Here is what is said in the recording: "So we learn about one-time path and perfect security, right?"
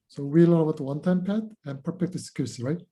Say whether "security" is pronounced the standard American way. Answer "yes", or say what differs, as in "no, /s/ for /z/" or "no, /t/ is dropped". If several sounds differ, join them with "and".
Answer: no, /s/ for /t/